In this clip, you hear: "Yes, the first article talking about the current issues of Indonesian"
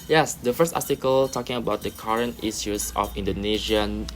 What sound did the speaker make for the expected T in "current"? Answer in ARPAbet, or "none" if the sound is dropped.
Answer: T